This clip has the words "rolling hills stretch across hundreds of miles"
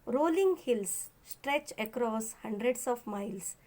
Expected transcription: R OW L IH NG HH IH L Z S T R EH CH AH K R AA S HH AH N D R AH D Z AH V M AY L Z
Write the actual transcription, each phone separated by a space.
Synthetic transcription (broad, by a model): R OW L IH NG HH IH L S S T R EH CH AH K R AA S HH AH N D R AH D S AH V M AY L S